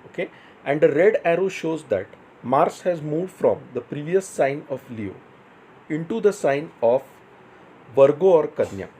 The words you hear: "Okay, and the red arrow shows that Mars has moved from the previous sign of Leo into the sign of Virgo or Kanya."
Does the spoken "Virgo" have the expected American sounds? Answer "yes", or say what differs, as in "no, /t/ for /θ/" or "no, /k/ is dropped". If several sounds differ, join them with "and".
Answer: yes